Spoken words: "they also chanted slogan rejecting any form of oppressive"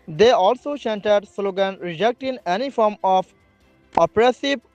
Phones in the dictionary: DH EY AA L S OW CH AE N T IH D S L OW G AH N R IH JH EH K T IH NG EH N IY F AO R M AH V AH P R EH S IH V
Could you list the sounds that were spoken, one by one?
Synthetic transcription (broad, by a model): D EY AA L S OW S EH N T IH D S L OW G AH N R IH JH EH K T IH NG EH N IY F AO R M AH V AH P R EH S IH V